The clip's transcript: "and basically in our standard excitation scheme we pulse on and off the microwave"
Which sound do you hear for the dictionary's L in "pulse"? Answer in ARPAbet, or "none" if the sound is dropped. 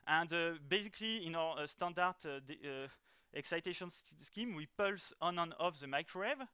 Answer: L